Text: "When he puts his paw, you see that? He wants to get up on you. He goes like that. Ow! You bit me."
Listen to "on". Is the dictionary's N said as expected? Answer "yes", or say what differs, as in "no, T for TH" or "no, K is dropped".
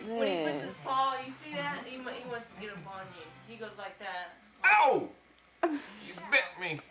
yes